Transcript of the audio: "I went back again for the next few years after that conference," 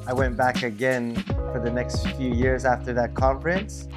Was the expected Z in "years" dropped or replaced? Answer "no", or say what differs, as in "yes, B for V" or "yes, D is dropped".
no